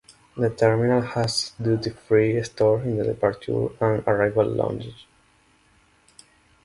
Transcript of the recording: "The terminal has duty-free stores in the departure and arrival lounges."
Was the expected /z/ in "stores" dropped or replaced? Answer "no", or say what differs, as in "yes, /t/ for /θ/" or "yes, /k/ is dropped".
yes, /z/ is dropped